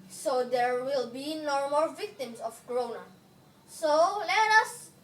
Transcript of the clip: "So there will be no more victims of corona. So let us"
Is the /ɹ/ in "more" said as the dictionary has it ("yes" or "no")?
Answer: no